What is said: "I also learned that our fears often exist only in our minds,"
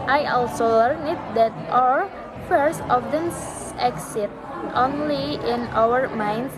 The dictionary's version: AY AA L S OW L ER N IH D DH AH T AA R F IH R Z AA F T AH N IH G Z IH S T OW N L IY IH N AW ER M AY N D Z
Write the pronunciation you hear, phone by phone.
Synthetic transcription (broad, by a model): AY AA L S OW L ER N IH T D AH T AA R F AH R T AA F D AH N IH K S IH T OW N L IY IH N AW ER M AY N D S